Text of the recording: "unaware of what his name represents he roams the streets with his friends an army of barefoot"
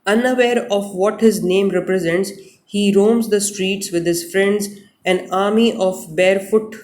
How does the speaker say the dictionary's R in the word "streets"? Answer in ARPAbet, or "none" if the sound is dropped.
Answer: R